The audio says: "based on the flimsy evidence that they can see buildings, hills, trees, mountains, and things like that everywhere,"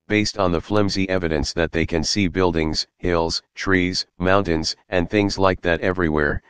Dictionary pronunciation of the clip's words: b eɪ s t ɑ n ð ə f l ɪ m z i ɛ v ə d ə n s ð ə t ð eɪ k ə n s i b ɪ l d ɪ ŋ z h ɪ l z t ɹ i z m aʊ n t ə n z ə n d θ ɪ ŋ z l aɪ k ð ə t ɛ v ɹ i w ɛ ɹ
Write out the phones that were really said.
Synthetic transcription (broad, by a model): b eɪ s t n ð ə f l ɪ m z i ɛ v ə d ə n s ð ə t ð eɪ k ə n s i b ɪ l d ɪ ŋ z h ɪ l z t ɹ i z m aʊ n t ə n z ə n θ ɪ ŋ z l aɪ k ð ə t ɛ v ɹ i w ɛ ɹ